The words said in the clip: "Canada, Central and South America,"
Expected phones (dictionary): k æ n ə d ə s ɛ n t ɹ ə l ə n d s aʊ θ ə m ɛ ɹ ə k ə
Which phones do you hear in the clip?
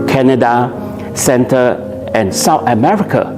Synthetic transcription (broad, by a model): k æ n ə d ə s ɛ n t ə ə n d s aʊ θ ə m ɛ ɹ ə k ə